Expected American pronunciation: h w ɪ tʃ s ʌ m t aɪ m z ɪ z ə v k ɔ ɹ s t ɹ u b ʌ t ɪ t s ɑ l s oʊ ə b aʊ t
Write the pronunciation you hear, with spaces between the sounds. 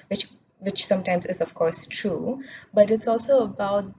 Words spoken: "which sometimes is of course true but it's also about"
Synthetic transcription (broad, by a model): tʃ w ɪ tʃ s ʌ m t aɪ m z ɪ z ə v k ɔ ɹ s t ɹ u b ʌ t ɪ t s ɑ l s oʊ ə b aʊ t